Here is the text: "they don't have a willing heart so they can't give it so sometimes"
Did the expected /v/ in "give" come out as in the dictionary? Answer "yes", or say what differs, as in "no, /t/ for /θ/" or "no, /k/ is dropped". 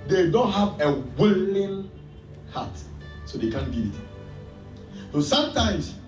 no, /v/ is dropped